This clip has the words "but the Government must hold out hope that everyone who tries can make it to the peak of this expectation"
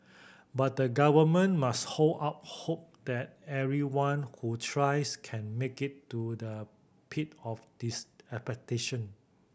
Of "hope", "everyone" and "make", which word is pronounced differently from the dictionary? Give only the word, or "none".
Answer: everyone